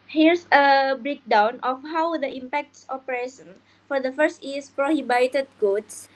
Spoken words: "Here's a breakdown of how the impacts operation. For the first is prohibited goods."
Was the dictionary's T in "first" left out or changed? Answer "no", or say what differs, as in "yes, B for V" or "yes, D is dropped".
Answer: no